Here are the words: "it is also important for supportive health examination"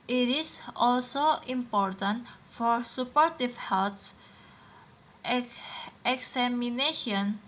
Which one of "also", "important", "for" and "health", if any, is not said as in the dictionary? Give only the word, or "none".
health